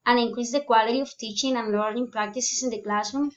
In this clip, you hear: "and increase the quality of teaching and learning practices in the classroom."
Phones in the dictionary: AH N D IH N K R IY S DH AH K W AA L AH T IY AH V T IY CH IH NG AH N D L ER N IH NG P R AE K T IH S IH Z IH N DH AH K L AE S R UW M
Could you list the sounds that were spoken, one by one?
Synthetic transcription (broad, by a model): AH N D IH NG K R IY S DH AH K W AA L AH T IY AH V T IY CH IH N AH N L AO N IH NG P R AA K T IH S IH S IH N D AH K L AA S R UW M